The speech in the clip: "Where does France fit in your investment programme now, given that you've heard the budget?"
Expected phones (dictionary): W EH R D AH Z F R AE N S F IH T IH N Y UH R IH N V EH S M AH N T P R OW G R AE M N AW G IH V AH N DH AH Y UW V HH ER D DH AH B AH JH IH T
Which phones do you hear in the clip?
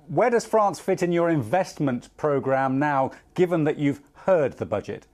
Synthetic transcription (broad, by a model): W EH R D AH Z F R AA N S F IH T IH N Y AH R IH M V EH S M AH N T P R OW G R AE M N AW G IH V AH N DH AH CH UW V HH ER D DH AH B AH JH IH T